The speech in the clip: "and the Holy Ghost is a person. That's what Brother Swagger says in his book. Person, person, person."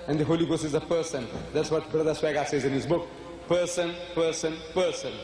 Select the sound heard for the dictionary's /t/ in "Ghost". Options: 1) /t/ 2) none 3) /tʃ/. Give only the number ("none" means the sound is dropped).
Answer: 2